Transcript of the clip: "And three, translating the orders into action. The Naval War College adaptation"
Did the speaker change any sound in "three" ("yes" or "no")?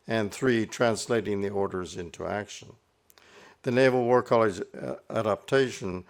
no